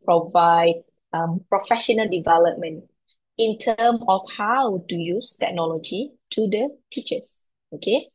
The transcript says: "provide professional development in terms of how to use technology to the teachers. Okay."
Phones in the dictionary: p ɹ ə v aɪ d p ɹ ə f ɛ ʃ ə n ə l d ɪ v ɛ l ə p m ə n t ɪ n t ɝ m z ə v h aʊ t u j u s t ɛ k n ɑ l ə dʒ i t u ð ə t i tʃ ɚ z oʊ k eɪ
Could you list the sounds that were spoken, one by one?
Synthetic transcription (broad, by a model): p ɹ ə v aɪ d p ɹ ə f ɛ ʃ ə n ə l d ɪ v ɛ l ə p m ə n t ɪ n t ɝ m ə f h aʊ t u j u s t ɛ k n ɑ l ə dʒ i t u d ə t i tʃ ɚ s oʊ k eɪ